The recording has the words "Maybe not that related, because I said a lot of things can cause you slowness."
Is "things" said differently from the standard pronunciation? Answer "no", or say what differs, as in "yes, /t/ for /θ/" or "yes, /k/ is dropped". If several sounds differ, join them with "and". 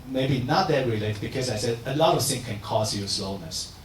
yes, /z/ is dropped